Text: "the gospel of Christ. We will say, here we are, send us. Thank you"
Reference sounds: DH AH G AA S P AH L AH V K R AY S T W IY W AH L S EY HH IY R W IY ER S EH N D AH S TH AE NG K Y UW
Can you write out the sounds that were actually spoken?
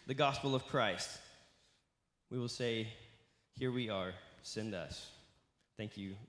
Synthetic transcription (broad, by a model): DH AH G AA S P L AH V K R AY S T W IY W AH L S EY HH IY R W IY ER S EH N D AH S TH AE NG K Y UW